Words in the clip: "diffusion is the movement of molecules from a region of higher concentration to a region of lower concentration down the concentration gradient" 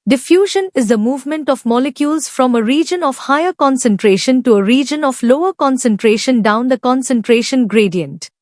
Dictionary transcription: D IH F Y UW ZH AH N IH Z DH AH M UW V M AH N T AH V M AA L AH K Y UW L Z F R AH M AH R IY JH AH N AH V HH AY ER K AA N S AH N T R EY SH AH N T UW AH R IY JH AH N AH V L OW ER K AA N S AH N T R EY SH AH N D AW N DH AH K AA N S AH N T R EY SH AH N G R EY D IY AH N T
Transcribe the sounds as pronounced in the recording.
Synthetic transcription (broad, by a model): D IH F Y UW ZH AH N IH Z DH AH M UW V M AH N T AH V M AA L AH K Y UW L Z F R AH M AH R IY JH AH N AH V HH AY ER K AA N S AH N T R EY SH AH N T UW AH R IY JH AH N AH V L OW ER K AA N S AH N T R EY SH AH N D AW N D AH K AA N S AH N T R EY SH AH N G R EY D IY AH N T